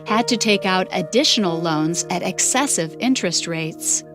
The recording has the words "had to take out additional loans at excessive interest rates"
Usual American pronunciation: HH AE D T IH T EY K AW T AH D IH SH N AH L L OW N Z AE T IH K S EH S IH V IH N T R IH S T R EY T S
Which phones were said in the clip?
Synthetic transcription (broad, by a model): HH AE D T IH T EY K AW T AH D IH SH N L L OW N Z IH T IH K S EH S IH V IH N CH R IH S T R EY T S